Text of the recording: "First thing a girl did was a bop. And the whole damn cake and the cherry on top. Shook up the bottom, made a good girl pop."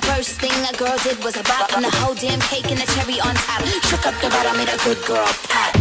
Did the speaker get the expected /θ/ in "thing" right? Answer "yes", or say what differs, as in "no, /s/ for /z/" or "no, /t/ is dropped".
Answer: yes